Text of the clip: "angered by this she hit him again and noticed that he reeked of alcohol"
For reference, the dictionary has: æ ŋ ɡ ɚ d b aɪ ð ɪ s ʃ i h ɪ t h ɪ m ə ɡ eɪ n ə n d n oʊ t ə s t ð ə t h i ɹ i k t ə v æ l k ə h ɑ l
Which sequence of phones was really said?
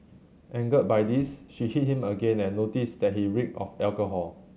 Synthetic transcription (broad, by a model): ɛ ŋ ɡ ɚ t b aɪ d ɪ s ʃ i h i t h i m ə ɡ eɪ n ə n n oʊ t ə s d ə t h i ɹ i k ə f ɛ l k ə h ɑ l